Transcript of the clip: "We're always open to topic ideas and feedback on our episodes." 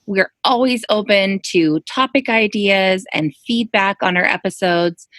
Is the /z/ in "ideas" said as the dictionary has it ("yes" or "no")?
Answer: yes